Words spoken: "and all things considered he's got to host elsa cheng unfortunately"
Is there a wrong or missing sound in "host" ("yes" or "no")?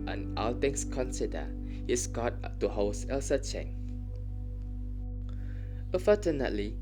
yes